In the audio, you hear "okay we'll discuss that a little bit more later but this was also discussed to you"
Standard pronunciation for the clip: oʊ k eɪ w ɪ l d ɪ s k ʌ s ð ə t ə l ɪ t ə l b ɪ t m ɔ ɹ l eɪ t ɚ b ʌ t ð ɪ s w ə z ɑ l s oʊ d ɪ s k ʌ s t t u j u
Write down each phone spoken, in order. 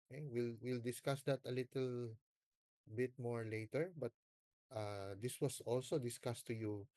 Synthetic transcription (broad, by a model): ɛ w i w ɪ l d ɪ s k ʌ s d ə t ə l ɪ t ə l b ɪ t m ɔ ɹ l eɪ t ɚ b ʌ t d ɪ s w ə s ɑ l s oʊ d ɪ s k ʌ s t t u j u